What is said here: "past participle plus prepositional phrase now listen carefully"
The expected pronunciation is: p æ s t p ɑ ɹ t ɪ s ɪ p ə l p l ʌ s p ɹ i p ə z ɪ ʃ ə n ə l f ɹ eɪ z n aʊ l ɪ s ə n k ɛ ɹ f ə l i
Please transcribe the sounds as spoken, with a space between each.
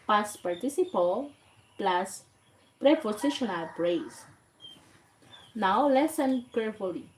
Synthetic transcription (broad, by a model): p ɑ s p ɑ ɹ t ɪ s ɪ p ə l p l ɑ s p ɹ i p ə s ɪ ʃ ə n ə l p ɹ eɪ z n aʊ l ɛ s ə n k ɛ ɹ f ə l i